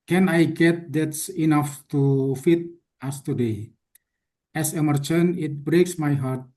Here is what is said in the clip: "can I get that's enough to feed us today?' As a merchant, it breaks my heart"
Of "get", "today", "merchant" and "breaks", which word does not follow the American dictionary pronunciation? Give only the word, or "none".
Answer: merchant